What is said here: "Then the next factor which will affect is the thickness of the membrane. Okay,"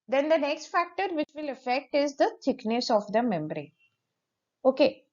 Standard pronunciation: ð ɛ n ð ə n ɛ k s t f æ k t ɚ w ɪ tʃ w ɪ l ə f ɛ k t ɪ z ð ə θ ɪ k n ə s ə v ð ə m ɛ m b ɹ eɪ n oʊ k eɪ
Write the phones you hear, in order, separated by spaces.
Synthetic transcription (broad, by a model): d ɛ n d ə n ɛ k s t f æ k t ɚ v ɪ tʃ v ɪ l ə f ɛ k t ɪ z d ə t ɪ k n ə s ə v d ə m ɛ m b ɹ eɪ oʊ k eɪ